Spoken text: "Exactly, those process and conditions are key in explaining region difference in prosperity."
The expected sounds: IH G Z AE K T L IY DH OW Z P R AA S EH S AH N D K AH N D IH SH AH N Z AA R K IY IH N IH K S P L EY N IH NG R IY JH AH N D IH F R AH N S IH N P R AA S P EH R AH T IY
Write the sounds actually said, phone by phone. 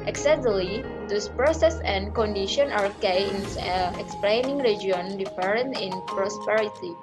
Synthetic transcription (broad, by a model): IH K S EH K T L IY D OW S P R AA S EH S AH N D K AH N D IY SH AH N AA R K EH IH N IH K S P L EY N IH NG R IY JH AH N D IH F R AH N IH N P R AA S P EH R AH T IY